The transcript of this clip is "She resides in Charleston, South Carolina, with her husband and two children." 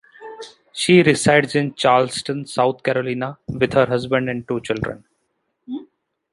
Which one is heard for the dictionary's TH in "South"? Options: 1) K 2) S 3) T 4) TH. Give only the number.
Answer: 3